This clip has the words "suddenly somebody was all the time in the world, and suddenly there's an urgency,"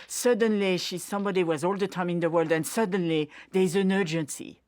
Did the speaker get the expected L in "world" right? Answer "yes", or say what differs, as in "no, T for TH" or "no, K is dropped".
yes